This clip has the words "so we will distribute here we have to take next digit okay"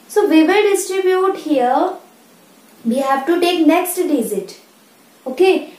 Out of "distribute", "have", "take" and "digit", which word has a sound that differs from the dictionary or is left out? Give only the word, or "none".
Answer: digit